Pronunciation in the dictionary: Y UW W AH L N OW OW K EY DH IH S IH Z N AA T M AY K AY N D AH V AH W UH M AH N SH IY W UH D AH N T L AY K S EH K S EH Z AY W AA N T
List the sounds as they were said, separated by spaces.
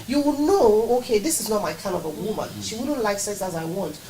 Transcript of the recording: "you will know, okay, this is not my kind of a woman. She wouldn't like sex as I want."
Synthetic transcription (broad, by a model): Y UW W N OW OW K EY DH IH S IH Z N AA T M AY K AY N AH V AH W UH M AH N SH IY W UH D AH N T L AY K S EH S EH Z AY W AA N T